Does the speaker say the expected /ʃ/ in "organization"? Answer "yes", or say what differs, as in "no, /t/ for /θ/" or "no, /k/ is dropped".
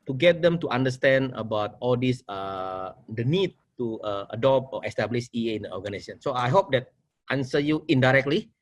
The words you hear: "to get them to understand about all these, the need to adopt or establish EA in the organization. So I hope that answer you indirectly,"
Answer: no, /s/ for /ʃ/